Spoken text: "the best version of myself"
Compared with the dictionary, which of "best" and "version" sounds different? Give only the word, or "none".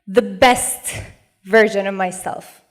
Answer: none